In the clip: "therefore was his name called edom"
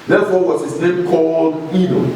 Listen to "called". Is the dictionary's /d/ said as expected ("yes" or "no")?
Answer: yes